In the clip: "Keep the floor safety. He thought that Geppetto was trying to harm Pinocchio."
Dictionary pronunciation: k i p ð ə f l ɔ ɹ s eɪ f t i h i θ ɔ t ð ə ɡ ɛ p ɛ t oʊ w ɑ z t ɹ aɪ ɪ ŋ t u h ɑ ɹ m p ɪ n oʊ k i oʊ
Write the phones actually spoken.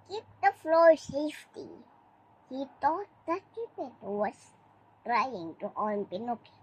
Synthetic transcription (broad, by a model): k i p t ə f l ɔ s eɪ f t i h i t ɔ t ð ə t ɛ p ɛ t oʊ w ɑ s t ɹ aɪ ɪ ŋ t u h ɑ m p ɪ n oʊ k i